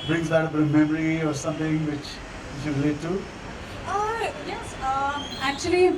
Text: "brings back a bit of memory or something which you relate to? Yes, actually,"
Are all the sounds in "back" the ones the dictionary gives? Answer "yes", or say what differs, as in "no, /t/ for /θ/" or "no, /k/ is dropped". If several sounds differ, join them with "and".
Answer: no, /k/ is dropped